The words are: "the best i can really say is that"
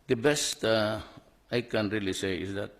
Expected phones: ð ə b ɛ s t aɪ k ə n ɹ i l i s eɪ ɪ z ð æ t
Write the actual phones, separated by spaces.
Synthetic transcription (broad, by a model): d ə b ɛ s t aɪ k ə n ɹ i l i s eɪ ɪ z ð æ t